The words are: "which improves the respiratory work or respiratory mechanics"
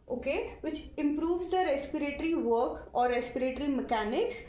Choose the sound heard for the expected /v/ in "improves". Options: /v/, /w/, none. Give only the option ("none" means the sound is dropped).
/v/